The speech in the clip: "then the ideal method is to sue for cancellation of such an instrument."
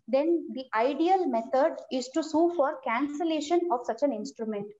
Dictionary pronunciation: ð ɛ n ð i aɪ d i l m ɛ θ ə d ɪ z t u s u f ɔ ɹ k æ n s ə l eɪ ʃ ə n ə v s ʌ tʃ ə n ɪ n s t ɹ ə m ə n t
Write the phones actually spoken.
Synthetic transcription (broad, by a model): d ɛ n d i aɪ d i l m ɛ t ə d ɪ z t u s u f ɔ ɹ k æ n s ə l eɪ ʃ ə n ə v s ʌ tʃ ə n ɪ n s t ɹ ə m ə n t